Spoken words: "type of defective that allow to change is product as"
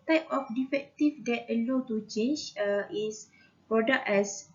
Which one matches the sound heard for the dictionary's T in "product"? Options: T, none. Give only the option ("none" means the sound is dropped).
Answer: none